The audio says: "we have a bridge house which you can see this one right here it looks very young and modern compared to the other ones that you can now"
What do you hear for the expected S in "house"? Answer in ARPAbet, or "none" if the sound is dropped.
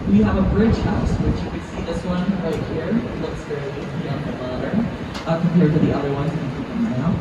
S